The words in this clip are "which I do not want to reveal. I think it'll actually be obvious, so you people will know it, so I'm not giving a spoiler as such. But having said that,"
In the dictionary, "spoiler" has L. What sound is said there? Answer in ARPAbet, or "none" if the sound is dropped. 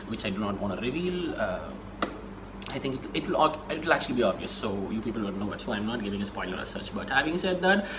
N